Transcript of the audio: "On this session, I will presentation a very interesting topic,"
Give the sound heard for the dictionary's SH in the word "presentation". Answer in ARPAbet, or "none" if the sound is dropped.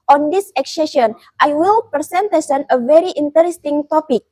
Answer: S